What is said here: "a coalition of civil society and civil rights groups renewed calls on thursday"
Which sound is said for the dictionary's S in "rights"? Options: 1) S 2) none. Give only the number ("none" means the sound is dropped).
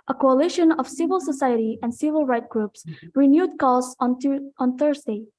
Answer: 2